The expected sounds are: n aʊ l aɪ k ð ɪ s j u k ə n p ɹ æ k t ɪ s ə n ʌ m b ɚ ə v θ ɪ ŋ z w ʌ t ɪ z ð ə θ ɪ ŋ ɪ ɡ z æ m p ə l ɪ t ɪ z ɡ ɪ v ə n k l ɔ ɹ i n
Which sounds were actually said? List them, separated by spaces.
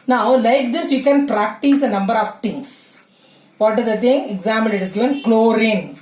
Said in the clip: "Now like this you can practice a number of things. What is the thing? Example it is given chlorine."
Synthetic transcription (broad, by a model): n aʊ l aɪ k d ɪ s j u k ə n p ɹ æ k t ɪ s ə n ʌ m b ɚ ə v t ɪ ŋ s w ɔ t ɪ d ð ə t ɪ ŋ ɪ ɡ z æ m ə n ɪ t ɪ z ɡ ɪ v ə n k l ɔ ɹ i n